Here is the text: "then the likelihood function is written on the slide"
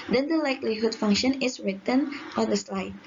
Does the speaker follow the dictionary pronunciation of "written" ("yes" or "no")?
yes